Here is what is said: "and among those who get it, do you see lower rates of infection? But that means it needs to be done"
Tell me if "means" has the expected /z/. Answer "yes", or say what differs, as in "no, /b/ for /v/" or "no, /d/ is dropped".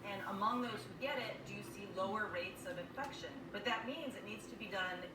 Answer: yes